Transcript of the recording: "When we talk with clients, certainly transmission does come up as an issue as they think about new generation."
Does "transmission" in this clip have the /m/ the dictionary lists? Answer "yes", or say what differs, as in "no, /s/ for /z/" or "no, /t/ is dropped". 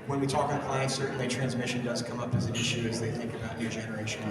yes